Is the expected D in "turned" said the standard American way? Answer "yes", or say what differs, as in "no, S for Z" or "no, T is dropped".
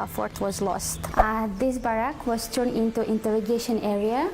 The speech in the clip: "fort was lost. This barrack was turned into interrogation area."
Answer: no, D is dropped